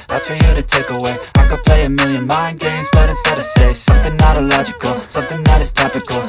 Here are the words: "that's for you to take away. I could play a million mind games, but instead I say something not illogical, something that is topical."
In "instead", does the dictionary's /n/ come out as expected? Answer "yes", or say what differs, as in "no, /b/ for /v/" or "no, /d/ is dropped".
no, /n/ is dropped